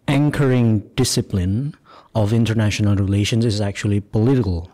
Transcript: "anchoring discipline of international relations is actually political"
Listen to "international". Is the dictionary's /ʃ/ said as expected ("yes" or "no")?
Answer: yes